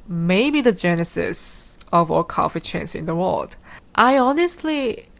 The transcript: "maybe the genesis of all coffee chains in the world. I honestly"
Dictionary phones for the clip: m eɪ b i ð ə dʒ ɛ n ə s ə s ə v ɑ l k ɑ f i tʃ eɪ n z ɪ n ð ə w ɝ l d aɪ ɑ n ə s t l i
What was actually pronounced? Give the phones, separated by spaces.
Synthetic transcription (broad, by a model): m eɪ b i ð ə dʒ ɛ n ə s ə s ə v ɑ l k ɑ f i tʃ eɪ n s ɪ n ð ə w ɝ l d aɪ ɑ n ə s t l i